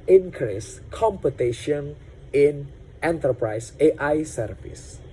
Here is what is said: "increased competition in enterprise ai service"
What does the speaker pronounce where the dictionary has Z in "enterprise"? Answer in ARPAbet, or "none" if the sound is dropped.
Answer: S